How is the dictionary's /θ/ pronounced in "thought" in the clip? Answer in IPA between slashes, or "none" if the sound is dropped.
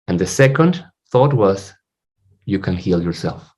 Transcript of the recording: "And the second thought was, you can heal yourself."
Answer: /θ/